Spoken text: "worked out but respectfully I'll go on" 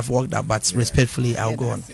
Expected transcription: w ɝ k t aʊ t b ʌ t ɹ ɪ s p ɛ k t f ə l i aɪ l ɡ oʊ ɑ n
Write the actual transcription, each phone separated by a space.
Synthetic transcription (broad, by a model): w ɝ k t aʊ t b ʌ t ɹ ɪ s p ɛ k t f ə l i aɪ w ɡ oʊ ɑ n